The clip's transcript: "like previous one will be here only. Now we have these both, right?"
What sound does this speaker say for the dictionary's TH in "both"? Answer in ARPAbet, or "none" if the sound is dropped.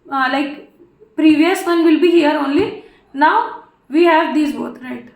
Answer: T